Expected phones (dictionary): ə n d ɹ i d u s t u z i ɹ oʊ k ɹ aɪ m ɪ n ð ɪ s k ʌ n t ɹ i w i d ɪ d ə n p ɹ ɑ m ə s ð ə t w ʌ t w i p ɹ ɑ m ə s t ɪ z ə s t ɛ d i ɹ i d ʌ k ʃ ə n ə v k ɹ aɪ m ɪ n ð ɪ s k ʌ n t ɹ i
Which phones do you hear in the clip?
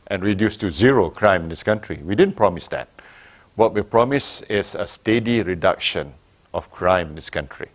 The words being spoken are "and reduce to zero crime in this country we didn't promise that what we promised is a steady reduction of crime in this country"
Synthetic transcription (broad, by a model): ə n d ɹ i d u s t u z i ɹ oʊ k ɹ aɪ m ɪ n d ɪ s k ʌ n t ɹ i w i d ɪ d ə n p ɹ ɑ m ə s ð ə t w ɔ t w i p ɹ ɑ m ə s ɪ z ə s t ɛ d i ɹ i d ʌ k ʃ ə n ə f k ɹ aɪ m ɪ n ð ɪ s k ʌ n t ɹ i